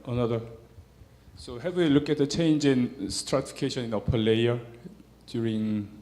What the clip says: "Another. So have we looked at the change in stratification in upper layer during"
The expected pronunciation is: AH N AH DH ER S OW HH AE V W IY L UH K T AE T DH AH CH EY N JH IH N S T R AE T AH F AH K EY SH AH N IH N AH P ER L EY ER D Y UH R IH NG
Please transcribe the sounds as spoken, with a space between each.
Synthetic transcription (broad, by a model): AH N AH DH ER S OW HH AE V W IY L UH K AE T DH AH CH EY N JH IH N S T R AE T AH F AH K EY SH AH N IH N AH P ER L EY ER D Y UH R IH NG